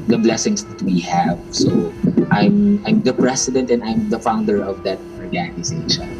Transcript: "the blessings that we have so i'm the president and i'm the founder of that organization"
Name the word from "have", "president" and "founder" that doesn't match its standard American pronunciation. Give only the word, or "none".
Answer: president